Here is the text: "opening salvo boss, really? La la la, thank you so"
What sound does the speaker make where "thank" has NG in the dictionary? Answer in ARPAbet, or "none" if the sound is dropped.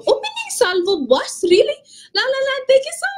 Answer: none